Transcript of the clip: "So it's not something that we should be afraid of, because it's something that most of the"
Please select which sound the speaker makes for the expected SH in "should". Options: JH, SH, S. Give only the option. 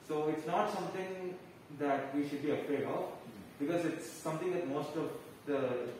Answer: SH